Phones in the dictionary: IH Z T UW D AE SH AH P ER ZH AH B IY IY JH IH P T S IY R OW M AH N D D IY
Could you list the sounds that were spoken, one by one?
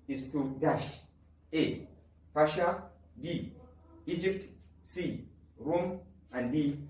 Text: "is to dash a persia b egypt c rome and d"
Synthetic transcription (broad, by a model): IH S T UW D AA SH AH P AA SH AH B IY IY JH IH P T S IY R OW M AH N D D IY